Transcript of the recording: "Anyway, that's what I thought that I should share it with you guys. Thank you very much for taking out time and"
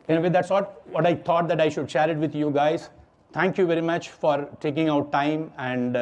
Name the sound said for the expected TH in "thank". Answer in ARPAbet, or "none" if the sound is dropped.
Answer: T